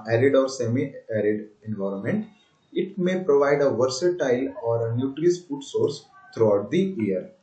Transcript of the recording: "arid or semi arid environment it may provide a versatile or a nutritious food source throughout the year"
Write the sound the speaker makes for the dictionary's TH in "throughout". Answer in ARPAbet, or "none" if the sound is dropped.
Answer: T